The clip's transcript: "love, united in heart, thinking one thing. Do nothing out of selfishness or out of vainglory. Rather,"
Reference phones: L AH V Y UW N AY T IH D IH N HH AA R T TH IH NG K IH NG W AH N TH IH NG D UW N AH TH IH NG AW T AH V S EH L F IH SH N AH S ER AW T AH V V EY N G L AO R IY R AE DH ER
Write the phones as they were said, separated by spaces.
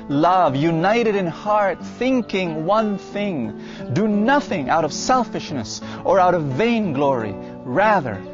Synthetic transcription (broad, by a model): L AH V Y UW N AY T IH D IH N HH AA R T TH IH NG K IH NG W AH N TH IH NG D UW N AH TH IH NG AW T AH V S EH L F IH SH N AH S ER AW T AH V V EY N G L AO R IY R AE DH ER